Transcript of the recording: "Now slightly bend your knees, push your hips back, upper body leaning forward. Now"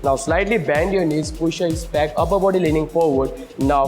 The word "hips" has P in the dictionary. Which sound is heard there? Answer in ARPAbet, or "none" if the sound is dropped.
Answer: none